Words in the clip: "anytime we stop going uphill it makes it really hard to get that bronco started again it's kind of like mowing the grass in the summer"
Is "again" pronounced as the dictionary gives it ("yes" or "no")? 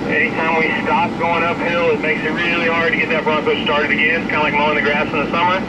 no